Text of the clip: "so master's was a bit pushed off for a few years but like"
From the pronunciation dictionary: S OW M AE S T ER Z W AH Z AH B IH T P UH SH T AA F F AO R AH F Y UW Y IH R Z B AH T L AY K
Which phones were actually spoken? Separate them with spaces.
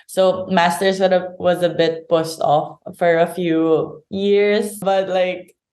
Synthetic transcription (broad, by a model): S OW M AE S T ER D W AH Z AH B IH T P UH S T AA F F AO R AH F Y UW Y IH R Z B AH T L AY K